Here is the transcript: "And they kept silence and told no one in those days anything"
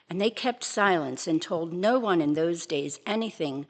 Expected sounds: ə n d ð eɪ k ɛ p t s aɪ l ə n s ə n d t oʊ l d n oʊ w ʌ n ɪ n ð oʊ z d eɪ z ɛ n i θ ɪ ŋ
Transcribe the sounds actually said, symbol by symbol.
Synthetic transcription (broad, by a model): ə n ð eɪ k ɛ p t s aɪ l ə n s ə n t oʊ l d n oʊ w ʌ n ɪ n ð oʊ z d eɪ z ɛ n i θ ɪ ŋ